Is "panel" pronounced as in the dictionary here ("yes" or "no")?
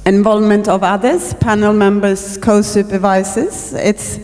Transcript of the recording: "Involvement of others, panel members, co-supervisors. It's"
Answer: yes